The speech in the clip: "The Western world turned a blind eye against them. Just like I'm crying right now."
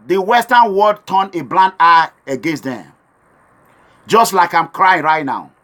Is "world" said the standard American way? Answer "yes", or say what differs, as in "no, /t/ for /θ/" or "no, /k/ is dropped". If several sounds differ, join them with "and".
no, /l/ is dropped